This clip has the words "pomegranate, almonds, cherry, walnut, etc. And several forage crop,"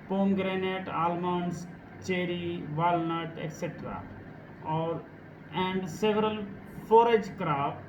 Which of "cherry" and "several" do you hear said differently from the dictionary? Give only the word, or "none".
none